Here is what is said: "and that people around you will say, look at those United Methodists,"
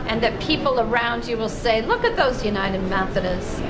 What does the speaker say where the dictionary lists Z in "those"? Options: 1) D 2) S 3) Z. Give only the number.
3